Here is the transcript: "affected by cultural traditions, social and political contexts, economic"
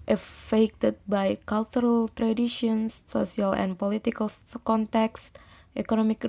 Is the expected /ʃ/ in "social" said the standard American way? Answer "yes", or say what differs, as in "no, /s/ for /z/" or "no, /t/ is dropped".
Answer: no, /s/ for /ʃ/